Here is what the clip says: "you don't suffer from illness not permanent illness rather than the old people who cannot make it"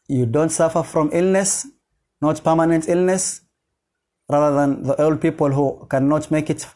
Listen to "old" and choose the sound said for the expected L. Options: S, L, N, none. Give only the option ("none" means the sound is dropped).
L